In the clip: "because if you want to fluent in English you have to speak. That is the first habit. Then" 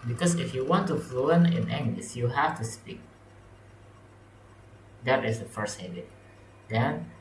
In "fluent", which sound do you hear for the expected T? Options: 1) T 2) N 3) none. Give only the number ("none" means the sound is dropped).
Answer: 3